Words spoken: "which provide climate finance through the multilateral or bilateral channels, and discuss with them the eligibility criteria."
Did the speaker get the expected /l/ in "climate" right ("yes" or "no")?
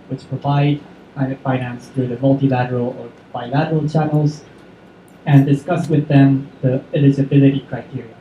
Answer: no